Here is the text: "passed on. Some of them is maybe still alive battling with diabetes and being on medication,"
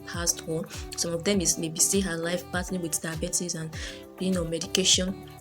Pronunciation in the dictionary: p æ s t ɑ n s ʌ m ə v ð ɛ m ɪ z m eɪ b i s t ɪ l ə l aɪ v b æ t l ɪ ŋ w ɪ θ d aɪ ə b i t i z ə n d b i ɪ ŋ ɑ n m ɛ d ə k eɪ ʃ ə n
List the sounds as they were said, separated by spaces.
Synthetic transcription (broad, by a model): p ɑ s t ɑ s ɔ m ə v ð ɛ m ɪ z m eɪ b i s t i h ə l aɪ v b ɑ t ɪ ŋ w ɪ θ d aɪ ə b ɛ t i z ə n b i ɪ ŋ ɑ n m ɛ d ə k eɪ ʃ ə n